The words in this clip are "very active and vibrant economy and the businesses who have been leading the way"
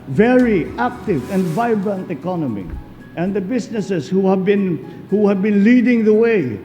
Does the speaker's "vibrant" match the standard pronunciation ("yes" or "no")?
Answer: yes